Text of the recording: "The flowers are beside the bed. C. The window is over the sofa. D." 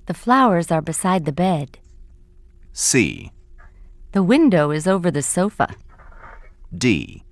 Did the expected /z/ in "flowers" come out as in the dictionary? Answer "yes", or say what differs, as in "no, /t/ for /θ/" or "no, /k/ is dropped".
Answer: yes